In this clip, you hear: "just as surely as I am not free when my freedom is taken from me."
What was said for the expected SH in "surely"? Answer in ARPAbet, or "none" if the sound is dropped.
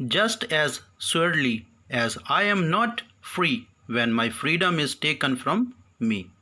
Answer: S